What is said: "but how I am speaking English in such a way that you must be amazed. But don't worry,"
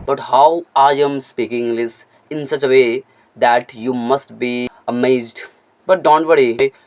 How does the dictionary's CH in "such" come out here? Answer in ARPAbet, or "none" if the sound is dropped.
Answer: CH